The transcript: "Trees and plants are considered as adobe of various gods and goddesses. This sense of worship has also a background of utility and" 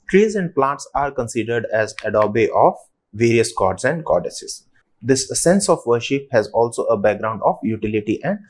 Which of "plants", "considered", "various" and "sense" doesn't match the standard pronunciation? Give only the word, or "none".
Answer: plants